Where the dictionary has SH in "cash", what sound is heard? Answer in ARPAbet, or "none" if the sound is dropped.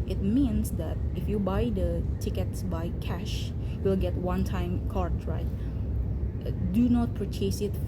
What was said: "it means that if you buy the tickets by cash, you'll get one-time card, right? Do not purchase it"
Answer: SH